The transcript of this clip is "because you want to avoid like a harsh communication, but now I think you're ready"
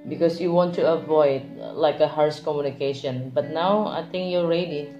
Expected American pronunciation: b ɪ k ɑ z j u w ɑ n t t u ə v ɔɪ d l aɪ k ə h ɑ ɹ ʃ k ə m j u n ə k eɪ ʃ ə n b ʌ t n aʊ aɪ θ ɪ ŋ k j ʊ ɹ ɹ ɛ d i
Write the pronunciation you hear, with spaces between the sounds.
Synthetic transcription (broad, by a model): b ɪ k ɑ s j u w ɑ n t t u ə v ɔɪ d l aɪ k ə h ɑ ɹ s k ə m j u n ə k eɪ ʃ ə n b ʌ t n aʊ aɪ t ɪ ŋ k j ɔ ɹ ɹ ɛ d i